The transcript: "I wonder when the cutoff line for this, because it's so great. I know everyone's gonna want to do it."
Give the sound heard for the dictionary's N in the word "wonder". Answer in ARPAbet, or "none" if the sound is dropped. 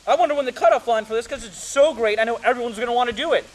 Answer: N